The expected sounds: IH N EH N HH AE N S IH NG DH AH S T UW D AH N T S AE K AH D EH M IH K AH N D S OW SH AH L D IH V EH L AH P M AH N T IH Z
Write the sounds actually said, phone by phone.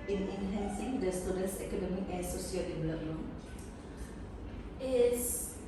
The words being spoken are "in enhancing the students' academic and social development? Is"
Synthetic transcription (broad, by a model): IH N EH N HH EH N S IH NG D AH S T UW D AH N S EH K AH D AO M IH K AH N S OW S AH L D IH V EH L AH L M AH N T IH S